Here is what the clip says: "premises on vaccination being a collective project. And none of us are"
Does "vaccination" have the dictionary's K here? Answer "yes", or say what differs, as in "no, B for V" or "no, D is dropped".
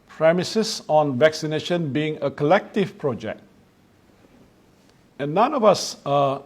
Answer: yes